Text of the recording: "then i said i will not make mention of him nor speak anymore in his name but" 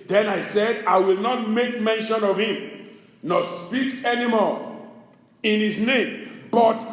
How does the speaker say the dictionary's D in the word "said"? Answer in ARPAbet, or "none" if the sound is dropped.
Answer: D